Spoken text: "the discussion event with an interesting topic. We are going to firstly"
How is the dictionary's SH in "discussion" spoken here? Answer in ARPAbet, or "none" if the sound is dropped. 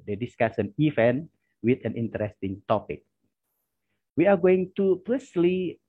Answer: S